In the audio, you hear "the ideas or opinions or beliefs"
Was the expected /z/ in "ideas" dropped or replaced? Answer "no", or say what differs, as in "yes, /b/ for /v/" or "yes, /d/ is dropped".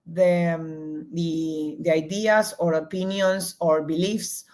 yes, /s/ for /z/